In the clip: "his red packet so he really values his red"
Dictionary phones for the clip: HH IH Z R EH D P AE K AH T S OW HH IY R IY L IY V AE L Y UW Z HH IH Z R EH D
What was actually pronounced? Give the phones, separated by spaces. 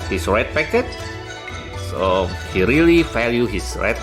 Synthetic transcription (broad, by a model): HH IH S R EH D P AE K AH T S OW HH IY R IY L IY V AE L Y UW HH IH S R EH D